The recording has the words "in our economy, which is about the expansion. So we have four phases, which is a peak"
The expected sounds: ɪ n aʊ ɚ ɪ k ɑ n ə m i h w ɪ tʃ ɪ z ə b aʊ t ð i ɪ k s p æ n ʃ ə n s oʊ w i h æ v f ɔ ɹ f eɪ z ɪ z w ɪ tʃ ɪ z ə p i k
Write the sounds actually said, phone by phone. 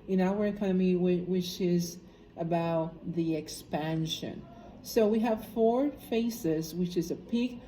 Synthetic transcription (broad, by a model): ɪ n aʊ ɚ ɪ k ɑ n ə m i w w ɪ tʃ ɪ z ə b aʊ t ð i ɪ k s p æ n ʃ ə n s oʊ w i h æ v f ɔ ɹ f eɪ s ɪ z w ɪ tʃ ɪ z ə p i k